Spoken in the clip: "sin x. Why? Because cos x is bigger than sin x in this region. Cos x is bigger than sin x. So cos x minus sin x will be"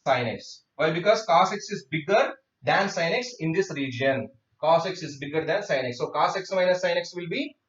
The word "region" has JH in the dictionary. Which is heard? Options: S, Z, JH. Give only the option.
JH